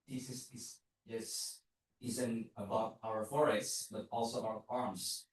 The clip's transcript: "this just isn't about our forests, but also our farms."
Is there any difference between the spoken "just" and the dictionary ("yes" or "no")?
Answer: yes